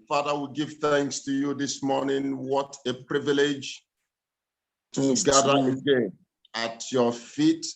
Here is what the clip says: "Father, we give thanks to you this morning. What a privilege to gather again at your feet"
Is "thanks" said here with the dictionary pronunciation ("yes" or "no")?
yes